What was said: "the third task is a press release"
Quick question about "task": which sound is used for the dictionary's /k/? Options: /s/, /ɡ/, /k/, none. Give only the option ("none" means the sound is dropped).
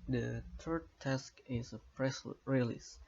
/k/